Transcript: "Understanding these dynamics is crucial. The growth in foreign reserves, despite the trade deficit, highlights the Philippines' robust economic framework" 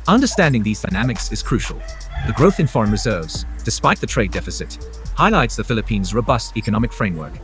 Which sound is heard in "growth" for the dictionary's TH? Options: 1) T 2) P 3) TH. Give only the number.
3